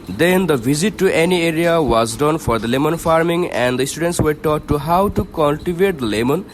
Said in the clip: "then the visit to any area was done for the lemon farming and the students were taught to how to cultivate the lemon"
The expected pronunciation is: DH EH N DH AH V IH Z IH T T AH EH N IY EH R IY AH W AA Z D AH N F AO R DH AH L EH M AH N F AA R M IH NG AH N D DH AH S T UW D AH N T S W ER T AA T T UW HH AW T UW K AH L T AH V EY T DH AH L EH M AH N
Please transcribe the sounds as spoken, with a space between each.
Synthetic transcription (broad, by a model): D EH N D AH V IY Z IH T T AH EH N IY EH R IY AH W AA Z D AH N F AO R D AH L EH M AH N F AA R M IH NG AH N D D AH S T UW D AH N T S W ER T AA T T UW HH AW T UW K AH L T AH V EY T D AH L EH M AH N